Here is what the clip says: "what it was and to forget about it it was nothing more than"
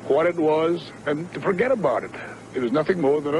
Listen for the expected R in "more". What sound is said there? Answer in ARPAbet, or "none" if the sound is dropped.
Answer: R